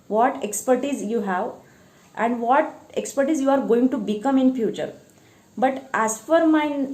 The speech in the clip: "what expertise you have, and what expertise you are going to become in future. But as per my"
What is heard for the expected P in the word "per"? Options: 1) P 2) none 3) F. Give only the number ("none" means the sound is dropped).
3